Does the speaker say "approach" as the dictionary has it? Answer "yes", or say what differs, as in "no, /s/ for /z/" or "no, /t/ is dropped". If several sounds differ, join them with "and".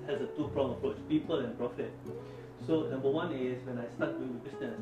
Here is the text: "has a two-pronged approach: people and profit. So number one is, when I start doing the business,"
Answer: yes